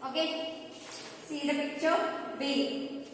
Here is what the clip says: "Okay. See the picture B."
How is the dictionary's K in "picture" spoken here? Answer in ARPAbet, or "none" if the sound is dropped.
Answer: none